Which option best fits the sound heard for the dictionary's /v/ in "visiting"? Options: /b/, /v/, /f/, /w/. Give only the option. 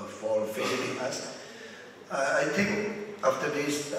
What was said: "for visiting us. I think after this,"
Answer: /f/